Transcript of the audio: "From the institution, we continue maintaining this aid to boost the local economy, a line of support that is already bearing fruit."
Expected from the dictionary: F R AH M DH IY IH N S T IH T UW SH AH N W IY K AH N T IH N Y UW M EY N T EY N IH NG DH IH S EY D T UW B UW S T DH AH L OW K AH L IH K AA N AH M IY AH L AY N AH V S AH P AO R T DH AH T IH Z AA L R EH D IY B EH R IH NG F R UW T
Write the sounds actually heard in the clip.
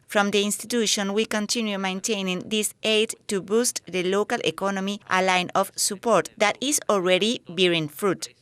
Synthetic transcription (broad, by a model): F R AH M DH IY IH N S T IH T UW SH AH N W IY K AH N T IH N Y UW M EY N T EY N IH NG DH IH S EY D T UW B UW S T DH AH L OW K AH L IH K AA N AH M IY AH L AY N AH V S AH P AO R T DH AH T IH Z AA L R EH D IY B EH R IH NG F R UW T